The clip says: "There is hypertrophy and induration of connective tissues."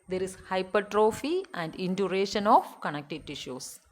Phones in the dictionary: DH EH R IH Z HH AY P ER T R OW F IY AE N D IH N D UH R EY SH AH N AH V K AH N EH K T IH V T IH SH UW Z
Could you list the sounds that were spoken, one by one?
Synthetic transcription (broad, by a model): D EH R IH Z HH AY P ER T R OW F IY AE N D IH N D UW R EY SH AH N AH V K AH N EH K T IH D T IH SH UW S